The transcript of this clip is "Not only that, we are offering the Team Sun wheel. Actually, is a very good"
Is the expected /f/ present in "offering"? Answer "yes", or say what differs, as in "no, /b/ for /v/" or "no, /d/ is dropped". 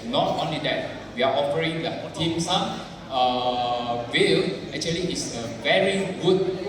no, /p/ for /f/